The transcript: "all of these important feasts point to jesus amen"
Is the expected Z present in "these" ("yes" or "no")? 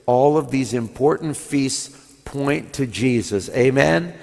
yes